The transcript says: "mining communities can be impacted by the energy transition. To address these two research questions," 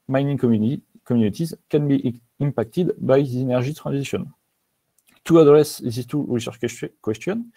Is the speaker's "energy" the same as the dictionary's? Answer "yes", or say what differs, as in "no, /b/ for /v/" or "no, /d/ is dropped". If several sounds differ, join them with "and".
no, /ʒ/ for /dʒ/